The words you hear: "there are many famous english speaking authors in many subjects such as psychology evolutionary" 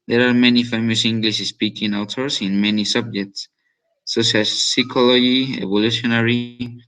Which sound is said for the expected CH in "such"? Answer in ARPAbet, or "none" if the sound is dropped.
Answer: SH